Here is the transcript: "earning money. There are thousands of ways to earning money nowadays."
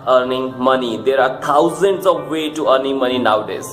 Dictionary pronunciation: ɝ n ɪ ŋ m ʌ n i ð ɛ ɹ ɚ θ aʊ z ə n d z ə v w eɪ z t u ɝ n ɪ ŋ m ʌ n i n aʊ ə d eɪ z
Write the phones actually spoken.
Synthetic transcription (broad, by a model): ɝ n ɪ ŋ m ʌ n i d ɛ ɹ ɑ t aʊ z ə n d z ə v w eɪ t u ɝ n ɪ ŋ m ʌ n i n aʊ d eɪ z